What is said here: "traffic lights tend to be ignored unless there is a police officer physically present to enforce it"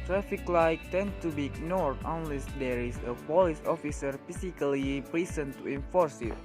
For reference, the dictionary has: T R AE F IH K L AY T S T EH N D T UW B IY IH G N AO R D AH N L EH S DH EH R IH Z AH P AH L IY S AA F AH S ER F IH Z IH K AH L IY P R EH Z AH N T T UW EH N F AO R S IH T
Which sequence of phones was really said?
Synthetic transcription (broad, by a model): T R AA F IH K L AY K T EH N T UW B IY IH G N AO R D AH N L EH S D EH R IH S AH P AH L IY S AA F AH S ER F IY S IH K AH L IY P R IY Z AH N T T UW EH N F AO R S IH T